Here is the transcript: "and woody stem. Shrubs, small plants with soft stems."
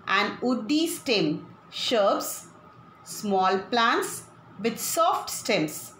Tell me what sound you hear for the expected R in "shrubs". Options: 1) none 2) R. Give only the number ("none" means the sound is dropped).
1